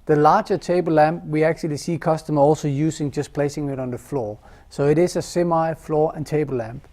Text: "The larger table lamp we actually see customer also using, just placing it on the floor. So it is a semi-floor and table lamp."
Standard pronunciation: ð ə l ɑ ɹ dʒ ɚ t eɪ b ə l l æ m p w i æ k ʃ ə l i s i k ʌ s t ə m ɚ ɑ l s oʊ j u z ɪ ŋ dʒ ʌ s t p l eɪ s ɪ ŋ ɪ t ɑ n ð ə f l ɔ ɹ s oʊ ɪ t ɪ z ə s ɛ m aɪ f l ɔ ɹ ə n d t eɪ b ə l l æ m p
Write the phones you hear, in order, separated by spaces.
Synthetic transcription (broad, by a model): ð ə l ɑ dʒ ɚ t eɪ b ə l l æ m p w i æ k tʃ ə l i s i k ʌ s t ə m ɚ ɑ l s oʊ j u s ɪ ŋ dʒ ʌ s p l eɪ s ɪ ŋ ɪ t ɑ n ð ə f l ɔ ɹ s oʊ ɪ t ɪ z ə s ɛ m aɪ f l ɔ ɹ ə n t eɪ b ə l l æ m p